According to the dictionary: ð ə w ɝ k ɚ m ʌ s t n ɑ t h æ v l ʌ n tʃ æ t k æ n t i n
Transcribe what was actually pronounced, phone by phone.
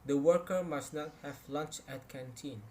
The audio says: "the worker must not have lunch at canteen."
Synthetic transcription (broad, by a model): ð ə w ɝ k ɚ m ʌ s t n ɑ t h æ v l ʌ n tʃ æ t k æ n t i n